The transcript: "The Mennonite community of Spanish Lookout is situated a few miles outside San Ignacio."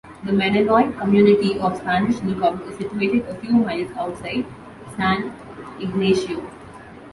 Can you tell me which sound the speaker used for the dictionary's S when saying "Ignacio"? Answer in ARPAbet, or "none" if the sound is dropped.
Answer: SH